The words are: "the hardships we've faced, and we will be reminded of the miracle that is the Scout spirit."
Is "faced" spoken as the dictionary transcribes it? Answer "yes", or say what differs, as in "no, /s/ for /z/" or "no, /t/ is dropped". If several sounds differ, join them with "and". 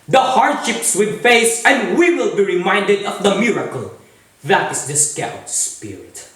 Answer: no, /t/ is dropped